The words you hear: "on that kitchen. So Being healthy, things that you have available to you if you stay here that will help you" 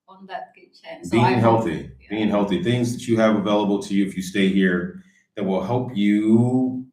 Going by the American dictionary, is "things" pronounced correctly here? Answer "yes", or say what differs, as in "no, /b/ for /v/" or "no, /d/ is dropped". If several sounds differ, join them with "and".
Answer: yes